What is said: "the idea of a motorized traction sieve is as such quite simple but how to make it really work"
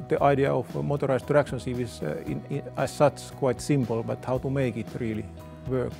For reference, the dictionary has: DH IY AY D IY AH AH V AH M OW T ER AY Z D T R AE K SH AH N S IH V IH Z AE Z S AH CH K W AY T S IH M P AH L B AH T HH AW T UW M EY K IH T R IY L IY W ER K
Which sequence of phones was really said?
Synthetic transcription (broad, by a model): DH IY AY D IY AH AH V M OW T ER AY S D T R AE K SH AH N S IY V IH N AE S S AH S K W AY T S IH M P AH L B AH T HH AW T UW M EY K IH T R IY L IY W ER K